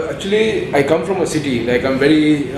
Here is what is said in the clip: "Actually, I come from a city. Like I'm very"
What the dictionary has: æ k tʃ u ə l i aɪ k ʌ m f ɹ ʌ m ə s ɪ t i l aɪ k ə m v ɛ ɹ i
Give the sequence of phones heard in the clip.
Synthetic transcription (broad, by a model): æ k tʃ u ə l i aɪ k ʌ m f ɹ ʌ m ə s ɪ t i n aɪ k ə m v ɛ ɹ i